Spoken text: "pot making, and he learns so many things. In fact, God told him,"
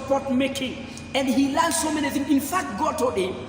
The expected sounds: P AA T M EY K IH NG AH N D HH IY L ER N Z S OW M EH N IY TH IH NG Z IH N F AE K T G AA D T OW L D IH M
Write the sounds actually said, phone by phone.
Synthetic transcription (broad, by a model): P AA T M EY K IH NG AH N D HH IY L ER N S OW M EH N IY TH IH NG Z IH N F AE K T G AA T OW D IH